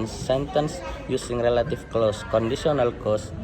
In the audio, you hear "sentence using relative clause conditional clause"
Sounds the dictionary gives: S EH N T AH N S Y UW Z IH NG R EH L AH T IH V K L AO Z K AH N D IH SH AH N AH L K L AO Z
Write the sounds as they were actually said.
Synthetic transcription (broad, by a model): S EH N T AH N S Y UW S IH NG R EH L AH T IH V K L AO S K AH N D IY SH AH N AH L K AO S